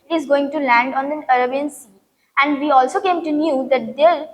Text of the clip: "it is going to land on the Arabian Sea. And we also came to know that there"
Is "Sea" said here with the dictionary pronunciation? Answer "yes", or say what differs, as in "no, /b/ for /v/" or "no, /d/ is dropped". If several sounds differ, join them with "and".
yes